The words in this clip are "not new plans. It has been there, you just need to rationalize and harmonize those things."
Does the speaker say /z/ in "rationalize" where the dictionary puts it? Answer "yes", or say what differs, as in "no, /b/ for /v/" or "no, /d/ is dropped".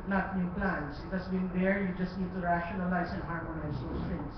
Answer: no, /s/ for /z/